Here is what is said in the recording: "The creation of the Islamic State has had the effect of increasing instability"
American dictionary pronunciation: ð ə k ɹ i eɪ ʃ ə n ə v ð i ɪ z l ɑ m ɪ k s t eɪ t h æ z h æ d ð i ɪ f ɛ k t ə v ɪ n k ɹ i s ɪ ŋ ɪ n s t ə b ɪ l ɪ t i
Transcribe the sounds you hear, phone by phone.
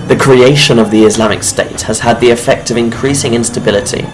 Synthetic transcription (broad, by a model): ð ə k ɹ i eɪ ʃ ə n ə v ð i ɪ z l ɑ m ɪ k s t eɪ t h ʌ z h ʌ d ð i ɪ f ɛ k t ə v ɪ n k ɹ i s ɪ ŋ ɪ n s t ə b ɪ l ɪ t i